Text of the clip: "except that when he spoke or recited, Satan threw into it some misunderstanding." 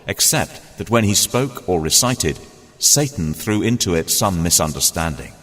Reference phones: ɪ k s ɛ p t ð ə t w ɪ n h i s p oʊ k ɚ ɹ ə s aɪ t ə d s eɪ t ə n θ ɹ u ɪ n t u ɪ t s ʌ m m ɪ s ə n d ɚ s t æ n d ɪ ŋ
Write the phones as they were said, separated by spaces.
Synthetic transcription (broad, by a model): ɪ k s ɛ p t ð ə t w ɪ n i s p oʊ k ɚ ɹ ə s aɪ t ə d s eɪ t n θ ɹ u ɪ n t u ɪ t s ʌ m m ɪ s ə n d ɚ s t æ n d ɪ ŋ